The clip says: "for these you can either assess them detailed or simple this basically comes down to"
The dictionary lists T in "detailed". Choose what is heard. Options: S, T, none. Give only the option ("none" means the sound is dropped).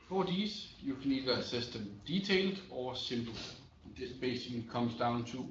S